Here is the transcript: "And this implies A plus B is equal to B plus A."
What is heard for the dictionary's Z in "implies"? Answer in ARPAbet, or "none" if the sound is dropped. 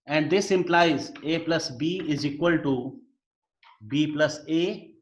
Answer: Z